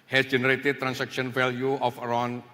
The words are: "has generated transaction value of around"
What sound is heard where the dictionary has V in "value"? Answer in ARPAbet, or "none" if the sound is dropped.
F